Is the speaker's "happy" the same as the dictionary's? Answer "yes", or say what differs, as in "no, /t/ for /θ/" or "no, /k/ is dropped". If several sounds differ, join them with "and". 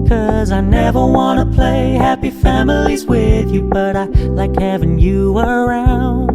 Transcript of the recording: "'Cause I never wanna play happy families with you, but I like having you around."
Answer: yes